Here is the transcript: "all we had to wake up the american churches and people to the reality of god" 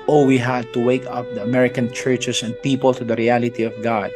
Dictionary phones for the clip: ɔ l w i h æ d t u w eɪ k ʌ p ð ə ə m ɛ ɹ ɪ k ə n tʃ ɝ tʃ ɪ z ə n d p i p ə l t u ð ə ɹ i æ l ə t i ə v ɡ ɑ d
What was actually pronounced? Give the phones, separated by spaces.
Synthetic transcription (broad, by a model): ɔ w i h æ d t u w eɪ k ʌ p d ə ə m ɛ ɹ ɪ k ə n tʃ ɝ tʃ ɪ s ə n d p i p ə l t u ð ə ɹ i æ l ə t i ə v ɡ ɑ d